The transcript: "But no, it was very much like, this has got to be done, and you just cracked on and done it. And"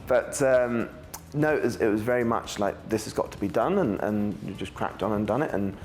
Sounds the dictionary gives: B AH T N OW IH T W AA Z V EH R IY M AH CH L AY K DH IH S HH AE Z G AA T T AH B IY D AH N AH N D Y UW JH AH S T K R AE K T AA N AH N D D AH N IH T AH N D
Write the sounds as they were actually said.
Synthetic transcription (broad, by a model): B AH T N OW IH T W AA Z V EH R IY M AH CH L AY K DH IH S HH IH Z G AA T T AH B IY D AH N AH N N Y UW JH AH S K R AE K T N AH N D D AH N IH T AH N